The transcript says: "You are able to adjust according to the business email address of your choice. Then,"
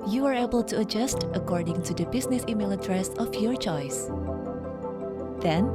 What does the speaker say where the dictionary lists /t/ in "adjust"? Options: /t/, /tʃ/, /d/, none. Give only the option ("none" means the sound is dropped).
/t/